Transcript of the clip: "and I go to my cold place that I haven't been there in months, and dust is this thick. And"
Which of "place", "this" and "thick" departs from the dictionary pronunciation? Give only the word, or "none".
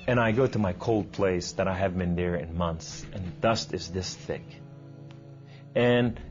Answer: none